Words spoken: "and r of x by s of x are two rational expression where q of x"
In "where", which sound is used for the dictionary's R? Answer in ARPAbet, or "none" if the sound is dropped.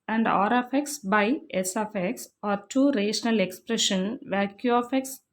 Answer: L